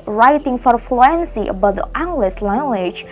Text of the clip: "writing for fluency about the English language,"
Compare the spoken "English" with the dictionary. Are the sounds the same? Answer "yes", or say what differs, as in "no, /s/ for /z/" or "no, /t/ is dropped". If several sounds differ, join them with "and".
no, /s/ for /ʃ/